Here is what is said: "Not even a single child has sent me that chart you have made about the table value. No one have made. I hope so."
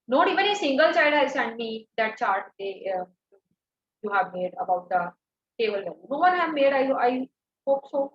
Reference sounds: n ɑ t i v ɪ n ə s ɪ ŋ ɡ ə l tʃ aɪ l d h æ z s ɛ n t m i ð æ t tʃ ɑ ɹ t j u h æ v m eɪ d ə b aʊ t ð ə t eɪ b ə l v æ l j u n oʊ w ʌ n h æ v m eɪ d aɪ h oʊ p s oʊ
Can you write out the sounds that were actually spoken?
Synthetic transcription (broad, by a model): n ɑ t i v ɪ n ə s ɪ ŋ ɡ ə l tʃ aɪ d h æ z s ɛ n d m i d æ t tʃ ɑ ɹ t j u h æ v m eɪ d ə b aʊ t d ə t eɪ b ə l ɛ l n oʊ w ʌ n h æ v m eɪ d aɪ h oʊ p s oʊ